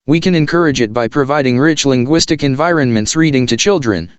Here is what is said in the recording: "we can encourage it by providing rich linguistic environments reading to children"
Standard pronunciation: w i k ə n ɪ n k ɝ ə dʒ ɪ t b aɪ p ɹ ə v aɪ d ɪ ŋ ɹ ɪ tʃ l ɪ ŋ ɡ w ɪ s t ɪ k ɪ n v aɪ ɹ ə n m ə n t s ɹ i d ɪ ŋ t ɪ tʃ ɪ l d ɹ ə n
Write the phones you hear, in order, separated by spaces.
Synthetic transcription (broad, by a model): w i k ə n ɪ n k ɝ ə dʒ ɪ t b aɪ p ɹ ə v aɪ d ɪ ŋ ɹ ɪ tʃ l ɪ ŋ ɡ w ɪ s t ɪ k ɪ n v aɪ ɹ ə n m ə n t s ɹ i d ɪ ŋ t ɪ tʃ ɪ l d ɹ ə n